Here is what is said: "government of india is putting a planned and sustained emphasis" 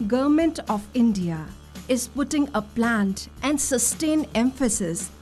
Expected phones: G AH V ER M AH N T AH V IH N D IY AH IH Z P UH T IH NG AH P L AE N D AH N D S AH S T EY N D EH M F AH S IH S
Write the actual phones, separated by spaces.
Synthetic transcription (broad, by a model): G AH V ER M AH N T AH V IH N D IY AH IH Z P UH T IH NG AH P L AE N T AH N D S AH S T EY N EH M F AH S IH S